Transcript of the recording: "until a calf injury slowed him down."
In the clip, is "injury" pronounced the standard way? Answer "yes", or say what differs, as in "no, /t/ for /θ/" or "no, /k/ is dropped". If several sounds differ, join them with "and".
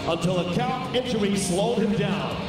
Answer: no, /tʃ/ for /dʒ/